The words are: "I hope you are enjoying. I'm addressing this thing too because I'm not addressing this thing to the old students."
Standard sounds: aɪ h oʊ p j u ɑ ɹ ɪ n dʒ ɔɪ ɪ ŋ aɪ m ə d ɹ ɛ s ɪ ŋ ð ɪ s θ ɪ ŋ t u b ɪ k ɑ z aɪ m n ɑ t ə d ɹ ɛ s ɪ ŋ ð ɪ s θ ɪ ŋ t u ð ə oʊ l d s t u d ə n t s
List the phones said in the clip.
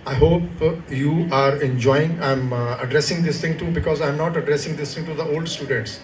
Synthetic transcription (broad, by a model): aɪ h oʊ p j u ɑ ɹ ɪ n dʒ ɔɪ ɪ ŋ aɪ m ə d ɹ ɛ s ɪ ŋ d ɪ s t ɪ ŋ t u b ɪ k ɑ z aɪ m n ɑ t ə d ɹ ɛ s ɪ ŋ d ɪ s t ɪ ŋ t u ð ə oʊ l d s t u d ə n t s